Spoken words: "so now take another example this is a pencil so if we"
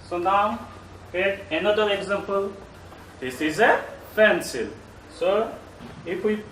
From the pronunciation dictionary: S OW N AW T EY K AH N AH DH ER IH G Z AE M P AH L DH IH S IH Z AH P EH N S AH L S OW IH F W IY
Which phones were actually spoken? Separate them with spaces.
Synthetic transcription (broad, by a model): S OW N AW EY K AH N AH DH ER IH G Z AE M P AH L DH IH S IH Z AH F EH N S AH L S OW IH F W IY